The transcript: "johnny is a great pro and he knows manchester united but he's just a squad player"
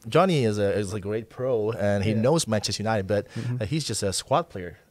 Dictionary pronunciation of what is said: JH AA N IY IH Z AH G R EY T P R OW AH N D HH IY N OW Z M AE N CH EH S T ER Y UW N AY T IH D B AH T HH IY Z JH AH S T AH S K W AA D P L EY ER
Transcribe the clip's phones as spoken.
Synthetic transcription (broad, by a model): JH AA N IY IH Z AH G R EY T P R OW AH N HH IY N OW Z M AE CH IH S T Y UW N AY T IH D B AH T HH IY Z JH AH S T AH S K W AA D P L EY ER